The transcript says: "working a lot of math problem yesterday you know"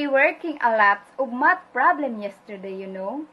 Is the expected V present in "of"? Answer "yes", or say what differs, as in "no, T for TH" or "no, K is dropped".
no, B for V